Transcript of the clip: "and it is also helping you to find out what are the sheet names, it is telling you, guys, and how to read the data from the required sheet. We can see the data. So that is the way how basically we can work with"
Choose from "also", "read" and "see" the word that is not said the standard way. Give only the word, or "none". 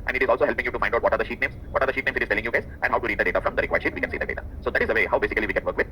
none